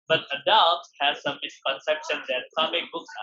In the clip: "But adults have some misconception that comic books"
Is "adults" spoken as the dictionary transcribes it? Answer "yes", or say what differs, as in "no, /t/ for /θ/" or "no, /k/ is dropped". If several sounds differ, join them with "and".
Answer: no, /s/ is dropped